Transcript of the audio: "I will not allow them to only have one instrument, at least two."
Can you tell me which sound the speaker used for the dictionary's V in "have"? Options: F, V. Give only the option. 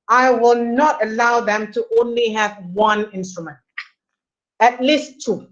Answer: V